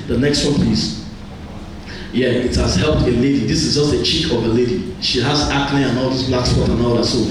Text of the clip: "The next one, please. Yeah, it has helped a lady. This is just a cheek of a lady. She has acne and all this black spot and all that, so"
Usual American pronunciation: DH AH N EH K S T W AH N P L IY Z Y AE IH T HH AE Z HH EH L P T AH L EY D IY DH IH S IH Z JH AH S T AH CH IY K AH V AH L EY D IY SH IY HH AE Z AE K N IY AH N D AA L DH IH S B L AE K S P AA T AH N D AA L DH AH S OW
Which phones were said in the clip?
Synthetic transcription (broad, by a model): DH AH N EH K S T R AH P IY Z Y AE IH T HH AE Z HH EH L P T AH L EY D IY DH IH S IH Z JH AH S T AH CH IY K AH V AH L EY D IY SH IY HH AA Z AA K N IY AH N AA L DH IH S B L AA K S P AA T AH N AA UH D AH S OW